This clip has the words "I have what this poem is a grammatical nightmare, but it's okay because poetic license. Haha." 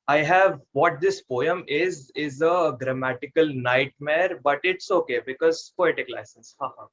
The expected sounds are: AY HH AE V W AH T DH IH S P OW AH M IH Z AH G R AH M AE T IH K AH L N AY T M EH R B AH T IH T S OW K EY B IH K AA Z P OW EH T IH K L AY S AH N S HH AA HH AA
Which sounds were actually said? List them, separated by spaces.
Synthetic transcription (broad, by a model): AY HH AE V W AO T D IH S P OW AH M IH Z AH G R AH M AE T IH K AH L N AY T M EH R B AH T IH T S OW K EY B IH K AA Z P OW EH T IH K L AY S AH N S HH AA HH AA